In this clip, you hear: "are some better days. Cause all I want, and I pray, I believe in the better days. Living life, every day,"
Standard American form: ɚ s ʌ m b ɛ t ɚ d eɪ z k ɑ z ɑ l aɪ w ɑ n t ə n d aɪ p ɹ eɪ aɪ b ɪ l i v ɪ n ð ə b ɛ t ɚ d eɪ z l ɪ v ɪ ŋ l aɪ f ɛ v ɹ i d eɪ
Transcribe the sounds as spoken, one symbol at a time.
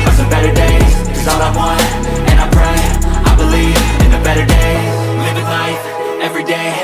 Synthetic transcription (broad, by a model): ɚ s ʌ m b ɛ t ɚ d eɪ z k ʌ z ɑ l aɪ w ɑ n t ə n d aɪ p ɹ eɪ aɪ b ɪ l i v ɪ n ð ə b ɛ t ɚ d eɪ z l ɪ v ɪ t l aɪ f ɛ v ɹ i d eɪ